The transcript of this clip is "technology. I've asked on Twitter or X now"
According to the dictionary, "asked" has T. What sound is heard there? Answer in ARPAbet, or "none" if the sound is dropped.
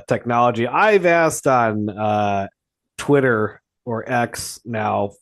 T